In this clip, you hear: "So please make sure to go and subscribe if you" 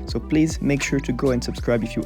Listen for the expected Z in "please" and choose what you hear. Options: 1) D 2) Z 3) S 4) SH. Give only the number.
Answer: 2